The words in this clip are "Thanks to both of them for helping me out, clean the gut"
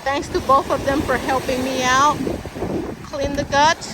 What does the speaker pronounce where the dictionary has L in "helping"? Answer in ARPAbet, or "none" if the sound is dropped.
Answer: L